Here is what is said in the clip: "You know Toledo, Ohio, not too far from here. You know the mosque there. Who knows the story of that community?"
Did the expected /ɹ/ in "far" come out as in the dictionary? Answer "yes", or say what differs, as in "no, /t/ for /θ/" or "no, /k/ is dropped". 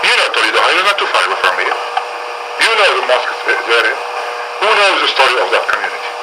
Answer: no, /w/ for /ɹ/